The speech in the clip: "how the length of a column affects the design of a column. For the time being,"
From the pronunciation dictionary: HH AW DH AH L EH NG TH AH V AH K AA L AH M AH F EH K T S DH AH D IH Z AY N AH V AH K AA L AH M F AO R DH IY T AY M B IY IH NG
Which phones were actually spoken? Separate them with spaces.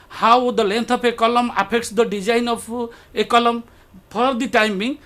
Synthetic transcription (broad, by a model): HH AW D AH L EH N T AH P AH K AA L AH M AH P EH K T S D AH D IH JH AY N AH P AH K AA L AH M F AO R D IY T AY M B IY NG